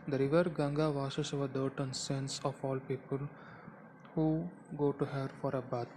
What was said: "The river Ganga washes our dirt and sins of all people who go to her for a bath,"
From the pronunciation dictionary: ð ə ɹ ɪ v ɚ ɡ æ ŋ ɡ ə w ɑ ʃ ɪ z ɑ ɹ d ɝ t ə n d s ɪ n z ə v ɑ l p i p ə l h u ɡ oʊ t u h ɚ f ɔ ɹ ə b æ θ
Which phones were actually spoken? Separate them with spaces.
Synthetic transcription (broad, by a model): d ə ɹ ɪ v ɚ ɡ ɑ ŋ ɡ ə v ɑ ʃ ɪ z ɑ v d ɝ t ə n s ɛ n s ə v ɑ l p i p ə l h u ɡ oʊ t u h ɚ f ɔ ɹ ə b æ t